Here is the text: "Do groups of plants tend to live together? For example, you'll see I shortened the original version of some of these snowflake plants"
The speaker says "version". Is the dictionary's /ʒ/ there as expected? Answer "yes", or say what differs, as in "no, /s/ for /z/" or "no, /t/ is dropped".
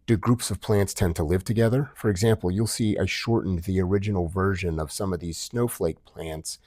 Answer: yes